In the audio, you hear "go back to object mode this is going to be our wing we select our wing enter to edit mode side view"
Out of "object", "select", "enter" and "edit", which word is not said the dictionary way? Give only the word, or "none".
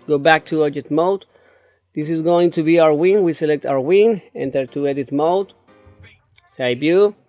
object